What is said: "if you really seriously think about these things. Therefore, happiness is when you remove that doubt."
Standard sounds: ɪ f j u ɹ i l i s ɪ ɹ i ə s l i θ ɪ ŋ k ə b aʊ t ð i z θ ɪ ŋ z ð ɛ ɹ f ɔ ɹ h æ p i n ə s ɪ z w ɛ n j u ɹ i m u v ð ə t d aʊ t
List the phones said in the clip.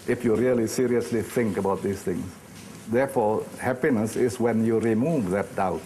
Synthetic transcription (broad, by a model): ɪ f j u ɹ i l i s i ɹ i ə s l i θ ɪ ŋ k ə b aʊ t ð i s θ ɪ ŋ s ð ɛ f ɔ h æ p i n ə s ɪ s w ɛ n j u ɹ i m u v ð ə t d aʊ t